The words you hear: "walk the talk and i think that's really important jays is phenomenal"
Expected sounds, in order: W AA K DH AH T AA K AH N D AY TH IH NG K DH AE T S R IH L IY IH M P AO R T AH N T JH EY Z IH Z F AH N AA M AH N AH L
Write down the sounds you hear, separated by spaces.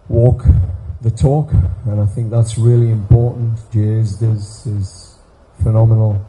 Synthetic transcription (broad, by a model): W AA K DH AH T AA K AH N AY TH IH NG K DH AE T S R IH L IY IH M P AO R T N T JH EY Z IH Z F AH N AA M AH N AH L